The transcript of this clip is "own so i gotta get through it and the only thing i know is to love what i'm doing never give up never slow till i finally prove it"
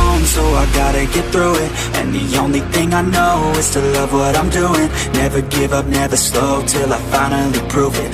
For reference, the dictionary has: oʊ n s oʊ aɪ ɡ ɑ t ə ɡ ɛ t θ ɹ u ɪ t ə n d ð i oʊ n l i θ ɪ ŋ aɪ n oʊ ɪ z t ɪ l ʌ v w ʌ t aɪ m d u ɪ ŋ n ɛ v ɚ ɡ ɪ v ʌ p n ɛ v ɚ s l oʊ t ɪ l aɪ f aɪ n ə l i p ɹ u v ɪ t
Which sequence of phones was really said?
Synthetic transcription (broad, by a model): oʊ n s oʊ aɪ ɡ ɑ t ə ɡ ɛ t θ ɹ u ɪ t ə n ð i oʊ n l i θ ɪ ŋ aɪ n oʊ ɪ z t ɪ l ʌ v w ʌ t aɪ m d u ɪ ŋ n ɛ v ɚ ɡ ɪ v ʌ p n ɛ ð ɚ s l oʊ t ɪ l aɪ f aɪ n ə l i p ɹ u v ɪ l